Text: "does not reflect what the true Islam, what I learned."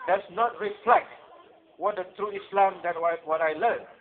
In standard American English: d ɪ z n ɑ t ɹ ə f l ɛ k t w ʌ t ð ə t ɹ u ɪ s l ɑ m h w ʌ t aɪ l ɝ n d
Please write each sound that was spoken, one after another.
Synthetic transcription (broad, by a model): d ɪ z n ɑ t ɹ ə f l ɛ k t w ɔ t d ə t ɹ u ɪ s l ɑ m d w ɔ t aɪ l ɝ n